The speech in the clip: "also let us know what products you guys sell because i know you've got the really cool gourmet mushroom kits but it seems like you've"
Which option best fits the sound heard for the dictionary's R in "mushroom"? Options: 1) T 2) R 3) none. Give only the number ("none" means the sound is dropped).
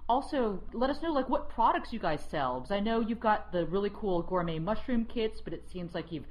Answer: 2